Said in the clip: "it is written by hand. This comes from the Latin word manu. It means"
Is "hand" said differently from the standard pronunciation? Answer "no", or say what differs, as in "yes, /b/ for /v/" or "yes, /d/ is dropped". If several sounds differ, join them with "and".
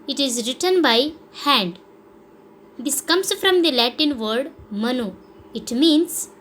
no